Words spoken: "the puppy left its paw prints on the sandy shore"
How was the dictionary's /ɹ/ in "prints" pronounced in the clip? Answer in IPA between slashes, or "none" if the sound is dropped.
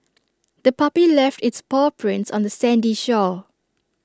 /ɹ/